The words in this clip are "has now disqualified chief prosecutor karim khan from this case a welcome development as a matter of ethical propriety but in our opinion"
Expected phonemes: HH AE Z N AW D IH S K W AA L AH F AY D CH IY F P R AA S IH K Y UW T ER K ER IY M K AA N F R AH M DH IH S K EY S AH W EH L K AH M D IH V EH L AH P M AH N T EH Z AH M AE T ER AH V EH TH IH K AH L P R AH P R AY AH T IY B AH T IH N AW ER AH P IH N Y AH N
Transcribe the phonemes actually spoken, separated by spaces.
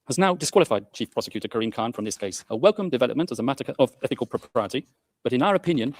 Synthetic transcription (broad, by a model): HH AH Z N AW D IH S K W AA L AH F AY D CH IY F P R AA S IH K Y UW T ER K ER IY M K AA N F R AH M DH IH S K EY S AH W EH L K AH M D IH V EH L AH P M AH N T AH Z AH M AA T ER AH V EH TH IH K AH L P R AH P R AY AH T IY B AH T IH N AW ER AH P IH N Y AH N